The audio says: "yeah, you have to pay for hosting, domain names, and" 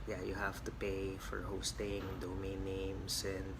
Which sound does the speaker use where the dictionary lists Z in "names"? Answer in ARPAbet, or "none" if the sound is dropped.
S